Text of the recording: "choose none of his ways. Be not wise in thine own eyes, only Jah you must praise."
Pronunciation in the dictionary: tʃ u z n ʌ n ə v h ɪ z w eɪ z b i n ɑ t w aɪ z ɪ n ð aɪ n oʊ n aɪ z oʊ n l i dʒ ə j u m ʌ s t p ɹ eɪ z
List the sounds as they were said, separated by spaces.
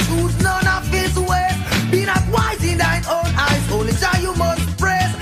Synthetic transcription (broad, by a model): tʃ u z n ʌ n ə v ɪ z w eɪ b i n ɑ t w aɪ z ɪ n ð aɪ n oʊ n aɪ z oʊ n l i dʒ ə j u m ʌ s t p ɹ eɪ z